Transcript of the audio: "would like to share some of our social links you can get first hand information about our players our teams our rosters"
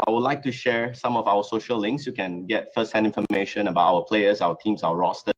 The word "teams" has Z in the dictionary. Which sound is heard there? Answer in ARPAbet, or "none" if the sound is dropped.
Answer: S